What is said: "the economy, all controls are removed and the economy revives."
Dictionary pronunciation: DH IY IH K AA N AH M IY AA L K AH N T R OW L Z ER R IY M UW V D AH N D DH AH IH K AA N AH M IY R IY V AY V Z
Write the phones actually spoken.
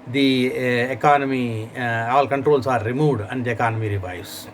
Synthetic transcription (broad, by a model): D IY IH K AA N AH M IY AA L K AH N T R OW L S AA R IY M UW D AH N D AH K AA N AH M IY R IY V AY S